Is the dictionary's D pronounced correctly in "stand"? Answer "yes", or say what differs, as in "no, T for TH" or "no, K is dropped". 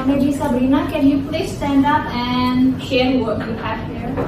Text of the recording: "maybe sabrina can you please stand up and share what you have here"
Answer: yes